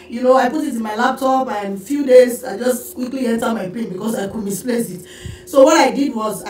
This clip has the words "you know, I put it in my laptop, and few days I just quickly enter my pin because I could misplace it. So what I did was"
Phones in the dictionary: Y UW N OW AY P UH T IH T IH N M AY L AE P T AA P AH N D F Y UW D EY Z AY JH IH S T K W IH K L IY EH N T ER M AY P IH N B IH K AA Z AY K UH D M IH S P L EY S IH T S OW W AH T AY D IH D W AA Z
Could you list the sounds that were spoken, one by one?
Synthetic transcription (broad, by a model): Y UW N OW AY P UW T IH T IH N M AY L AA P T AA P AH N F Y UW D EY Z AY JH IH S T K W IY K L IY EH N T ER M AY P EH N B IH K AA S AY K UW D M IH S P L EY S IH T S OW W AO T AY D IH D W AA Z